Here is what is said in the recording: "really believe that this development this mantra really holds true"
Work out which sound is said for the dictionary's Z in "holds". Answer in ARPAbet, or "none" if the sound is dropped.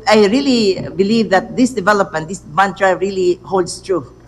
S